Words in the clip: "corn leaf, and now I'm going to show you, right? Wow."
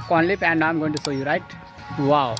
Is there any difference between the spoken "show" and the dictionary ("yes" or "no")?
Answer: yes